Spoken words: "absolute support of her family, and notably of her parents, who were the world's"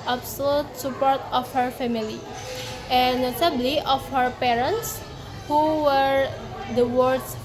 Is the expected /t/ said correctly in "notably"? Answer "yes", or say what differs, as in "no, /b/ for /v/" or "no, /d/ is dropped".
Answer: no, /s/ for /t/